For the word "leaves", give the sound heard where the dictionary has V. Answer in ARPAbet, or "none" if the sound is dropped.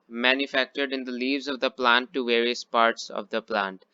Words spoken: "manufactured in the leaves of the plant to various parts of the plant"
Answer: V